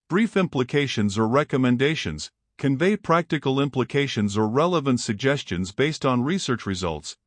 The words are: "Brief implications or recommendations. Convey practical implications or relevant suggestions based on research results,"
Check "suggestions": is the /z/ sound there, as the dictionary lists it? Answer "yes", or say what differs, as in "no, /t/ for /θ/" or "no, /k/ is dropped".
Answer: yes